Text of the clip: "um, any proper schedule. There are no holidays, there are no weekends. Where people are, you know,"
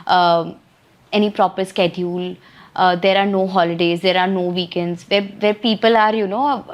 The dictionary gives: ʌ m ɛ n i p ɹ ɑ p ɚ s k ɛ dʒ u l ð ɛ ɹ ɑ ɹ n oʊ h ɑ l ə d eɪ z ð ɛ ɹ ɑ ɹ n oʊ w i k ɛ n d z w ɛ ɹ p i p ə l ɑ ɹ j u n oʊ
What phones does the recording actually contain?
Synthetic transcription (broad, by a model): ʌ ɛ n i p ɹ ɑ p ɚ s k ɛ dʒ u l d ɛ ɹ ɑ ɹ n oʊ h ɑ l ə d eɪ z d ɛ ɹ ɑ ɹ n oʊ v i k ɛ n d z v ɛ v p i p ə l ɑ ɹ j u n oʊ